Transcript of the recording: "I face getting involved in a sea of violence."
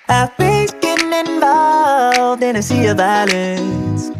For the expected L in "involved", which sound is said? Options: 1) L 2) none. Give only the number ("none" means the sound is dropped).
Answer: 2